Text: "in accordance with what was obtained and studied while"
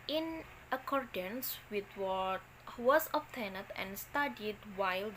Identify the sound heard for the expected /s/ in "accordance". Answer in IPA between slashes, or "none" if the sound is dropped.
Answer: /s/